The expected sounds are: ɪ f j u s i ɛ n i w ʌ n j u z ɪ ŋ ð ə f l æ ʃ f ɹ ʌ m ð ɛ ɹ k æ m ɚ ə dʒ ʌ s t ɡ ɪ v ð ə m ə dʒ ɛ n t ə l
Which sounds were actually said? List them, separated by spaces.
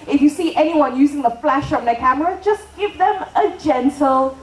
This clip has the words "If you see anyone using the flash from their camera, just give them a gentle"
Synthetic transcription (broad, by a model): ɪ f j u s i ɛ n i w ʌ n j u z ɪ ŋ ð ə f l æ ʃ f ɹ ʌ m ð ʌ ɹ k æ m ɚ ə dʒ ʌ s ɡ ɪ v ð ə m ə dʒ ɛ n t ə l